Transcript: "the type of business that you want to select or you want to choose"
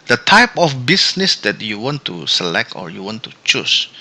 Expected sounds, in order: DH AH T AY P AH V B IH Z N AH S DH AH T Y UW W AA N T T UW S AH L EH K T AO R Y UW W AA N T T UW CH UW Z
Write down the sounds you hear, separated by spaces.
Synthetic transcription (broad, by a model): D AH T AY P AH F B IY S N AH S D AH T Y UW W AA N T T UW S AH L EH K T AO R Y UW W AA N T T UW CH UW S